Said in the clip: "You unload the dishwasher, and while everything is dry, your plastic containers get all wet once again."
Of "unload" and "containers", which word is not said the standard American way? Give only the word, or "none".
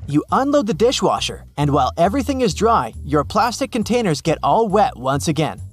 none